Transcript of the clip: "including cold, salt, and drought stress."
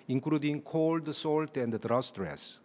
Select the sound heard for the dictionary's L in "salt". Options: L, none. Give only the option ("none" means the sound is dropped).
L